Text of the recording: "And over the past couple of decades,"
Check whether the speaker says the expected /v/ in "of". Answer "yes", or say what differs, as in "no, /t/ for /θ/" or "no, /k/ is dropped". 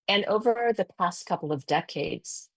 yes